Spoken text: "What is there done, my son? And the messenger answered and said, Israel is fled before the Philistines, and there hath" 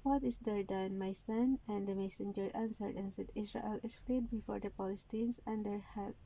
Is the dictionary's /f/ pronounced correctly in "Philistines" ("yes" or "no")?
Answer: no